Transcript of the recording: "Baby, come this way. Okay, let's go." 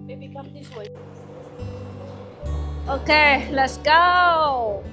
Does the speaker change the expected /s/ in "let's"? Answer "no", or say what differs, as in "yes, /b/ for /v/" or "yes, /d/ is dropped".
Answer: no